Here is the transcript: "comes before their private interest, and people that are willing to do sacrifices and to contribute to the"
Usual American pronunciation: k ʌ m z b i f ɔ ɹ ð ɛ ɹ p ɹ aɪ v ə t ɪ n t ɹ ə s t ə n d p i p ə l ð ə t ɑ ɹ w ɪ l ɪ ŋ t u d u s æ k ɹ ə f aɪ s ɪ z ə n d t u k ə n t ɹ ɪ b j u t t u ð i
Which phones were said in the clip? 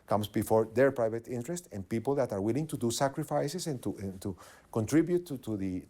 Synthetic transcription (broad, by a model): k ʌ m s b i f ɔ ɹ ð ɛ ɹ p ɹ aɪ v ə t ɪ n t ɹ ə s t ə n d p i p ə l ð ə t ɑ ɹ w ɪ l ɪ ŋ t u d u s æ k ɹ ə f aɪ s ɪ s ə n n t u k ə n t ɹ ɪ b j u t t u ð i